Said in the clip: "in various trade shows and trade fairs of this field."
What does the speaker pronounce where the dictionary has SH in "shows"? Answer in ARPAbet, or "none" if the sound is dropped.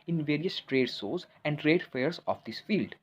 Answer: S